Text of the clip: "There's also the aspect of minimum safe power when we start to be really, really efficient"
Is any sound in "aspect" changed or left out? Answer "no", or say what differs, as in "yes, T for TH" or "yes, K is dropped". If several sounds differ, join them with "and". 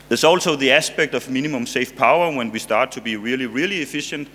no